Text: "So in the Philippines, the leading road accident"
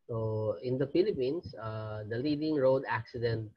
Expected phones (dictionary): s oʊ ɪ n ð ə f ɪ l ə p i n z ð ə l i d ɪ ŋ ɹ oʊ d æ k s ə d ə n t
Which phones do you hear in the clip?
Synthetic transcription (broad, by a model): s oʊ ɪ n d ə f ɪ l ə p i n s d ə l i d ɪ ŋ ɹ oʊ d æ k s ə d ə n t